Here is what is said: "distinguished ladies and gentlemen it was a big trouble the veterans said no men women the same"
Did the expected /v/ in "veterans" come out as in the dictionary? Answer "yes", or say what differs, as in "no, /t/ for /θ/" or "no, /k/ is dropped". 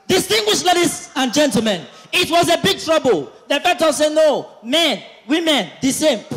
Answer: no, /f/ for /v/